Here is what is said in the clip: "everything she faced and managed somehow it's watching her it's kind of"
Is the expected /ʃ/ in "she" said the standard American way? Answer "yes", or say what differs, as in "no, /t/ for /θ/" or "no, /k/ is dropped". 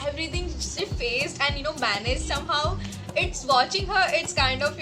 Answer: no, /s/ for /ʃ/